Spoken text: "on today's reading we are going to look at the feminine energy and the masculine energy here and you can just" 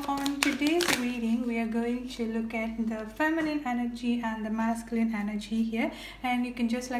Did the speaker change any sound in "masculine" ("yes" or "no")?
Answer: no